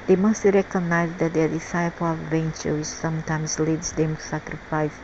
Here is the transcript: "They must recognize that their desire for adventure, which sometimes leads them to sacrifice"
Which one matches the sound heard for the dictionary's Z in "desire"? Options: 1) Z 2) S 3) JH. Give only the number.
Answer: 2